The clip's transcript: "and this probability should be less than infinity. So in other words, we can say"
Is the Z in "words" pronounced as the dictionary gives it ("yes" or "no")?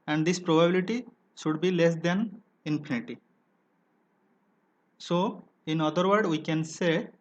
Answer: no